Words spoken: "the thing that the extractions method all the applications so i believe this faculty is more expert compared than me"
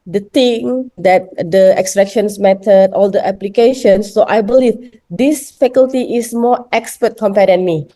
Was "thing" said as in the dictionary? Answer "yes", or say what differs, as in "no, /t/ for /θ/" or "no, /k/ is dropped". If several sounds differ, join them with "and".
no, /t/ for /θ/